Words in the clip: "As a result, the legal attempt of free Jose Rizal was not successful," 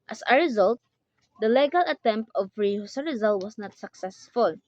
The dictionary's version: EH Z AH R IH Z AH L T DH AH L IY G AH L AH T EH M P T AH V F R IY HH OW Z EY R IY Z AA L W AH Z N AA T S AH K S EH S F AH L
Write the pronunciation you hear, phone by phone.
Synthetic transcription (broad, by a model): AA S AH R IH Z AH L T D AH L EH G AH L AH T EH M P T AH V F R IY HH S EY R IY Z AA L W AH S N AA T S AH K S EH S F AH L